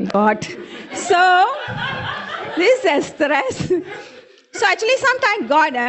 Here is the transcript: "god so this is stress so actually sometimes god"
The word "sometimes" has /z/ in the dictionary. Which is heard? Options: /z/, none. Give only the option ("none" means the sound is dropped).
none